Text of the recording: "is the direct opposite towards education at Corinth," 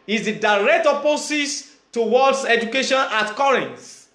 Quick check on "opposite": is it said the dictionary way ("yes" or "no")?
no